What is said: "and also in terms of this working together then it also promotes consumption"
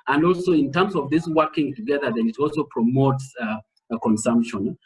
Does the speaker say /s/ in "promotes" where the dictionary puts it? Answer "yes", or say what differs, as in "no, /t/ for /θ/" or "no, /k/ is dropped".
yes